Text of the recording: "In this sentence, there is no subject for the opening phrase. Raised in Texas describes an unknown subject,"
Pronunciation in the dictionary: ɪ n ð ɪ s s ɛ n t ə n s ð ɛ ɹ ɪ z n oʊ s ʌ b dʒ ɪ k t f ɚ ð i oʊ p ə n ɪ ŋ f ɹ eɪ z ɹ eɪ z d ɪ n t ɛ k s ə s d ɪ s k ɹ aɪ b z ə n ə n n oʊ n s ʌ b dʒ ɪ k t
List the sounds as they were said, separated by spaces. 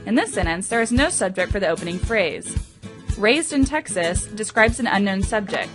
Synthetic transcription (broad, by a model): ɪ n ð ɪ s s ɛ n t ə n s ð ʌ ɹ ɪ z n oʊ s ʌ b dʒ ɪ k t f ɚ ð i oʊ p ə n ɪ ŋ f ɹ eɪ z ɹ eɪ z d ɪ n t ɛ k s ə s d ɪ s k ɹ aɪ b z ə n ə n n oʊ n s ʌ b dʒ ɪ k t